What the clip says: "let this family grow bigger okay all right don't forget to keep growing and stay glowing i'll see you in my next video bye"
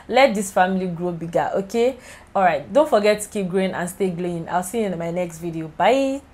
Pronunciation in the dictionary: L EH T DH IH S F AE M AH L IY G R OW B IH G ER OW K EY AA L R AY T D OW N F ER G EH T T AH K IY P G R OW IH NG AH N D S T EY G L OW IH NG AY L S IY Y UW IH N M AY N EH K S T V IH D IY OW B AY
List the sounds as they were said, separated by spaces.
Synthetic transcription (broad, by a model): L EH T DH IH S F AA M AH L IY G R OW B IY G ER OW K EY AA L R AY T D OW N F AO G EH T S K IY P G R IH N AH N S T EY G L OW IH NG AY L S IY IH N M AY N EH K S T V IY D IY OW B AY